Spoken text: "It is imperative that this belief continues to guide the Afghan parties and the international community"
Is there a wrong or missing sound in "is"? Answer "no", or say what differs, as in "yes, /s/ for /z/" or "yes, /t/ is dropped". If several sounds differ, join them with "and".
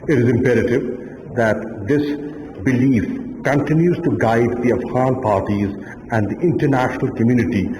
no